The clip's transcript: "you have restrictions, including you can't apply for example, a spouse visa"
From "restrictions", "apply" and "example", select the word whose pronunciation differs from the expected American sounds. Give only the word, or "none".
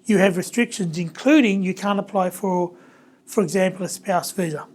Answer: none